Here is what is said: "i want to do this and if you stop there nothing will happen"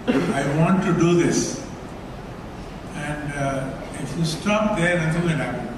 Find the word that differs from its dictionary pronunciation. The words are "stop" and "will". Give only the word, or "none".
will